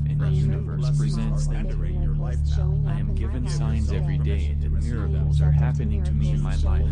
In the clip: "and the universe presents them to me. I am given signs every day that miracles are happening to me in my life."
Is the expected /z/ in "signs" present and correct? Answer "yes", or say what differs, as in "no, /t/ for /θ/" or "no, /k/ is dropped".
yes